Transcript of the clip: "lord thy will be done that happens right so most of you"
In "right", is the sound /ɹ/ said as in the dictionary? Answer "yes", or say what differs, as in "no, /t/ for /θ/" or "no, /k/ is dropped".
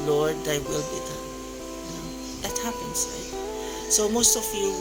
no, /l/ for /ɹ/